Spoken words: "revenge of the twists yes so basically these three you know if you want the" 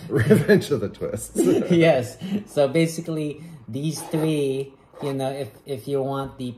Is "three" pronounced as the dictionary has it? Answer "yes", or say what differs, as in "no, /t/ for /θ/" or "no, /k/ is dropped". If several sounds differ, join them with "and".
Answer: yes